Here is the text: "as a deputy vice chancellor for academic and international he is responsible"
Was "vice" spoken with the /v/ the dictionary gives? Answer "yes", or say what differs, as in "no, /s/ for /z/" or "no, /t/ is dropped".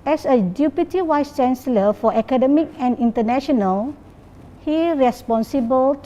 no, /w/ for /v/